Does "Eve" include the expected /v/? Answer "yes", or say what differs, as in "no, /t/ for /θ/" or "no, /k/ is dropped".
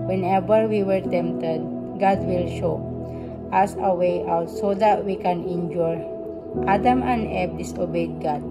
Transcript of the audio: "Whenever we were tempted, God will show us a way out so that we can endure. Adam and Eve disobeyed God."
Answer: no, /b/ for /v/